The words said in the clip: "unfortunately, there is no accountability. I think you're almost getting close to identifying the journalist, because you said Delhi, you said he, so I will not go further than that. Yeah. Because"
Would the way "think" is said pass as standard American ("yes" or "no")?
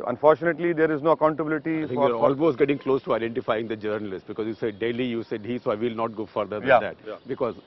no